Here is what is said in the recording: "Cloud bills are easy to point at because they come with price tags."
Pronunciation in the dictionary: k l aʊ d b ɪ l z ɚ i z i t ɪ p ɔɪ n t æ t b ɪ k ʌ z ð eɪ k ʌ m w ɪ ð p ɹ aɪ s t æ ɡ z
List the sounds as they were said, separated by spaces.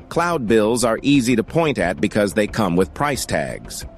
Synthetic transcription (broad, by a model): k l aʊ d b ɪ l z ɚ i z i t ɪ p ɔɪ n t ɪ t b ɪ k ʌ z ð eɪ k ʌ m w ɪ ð p ɹ aɪ s t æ ɡ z